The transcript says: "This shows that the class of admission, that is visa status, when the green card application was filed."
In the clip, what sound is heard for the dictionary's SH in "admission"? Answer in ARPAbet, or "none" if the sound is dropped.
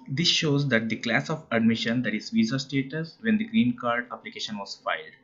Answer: SH